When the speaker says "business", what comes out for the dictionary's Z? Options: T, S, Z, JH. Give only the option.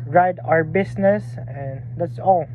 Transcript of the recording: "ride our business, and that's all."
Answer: S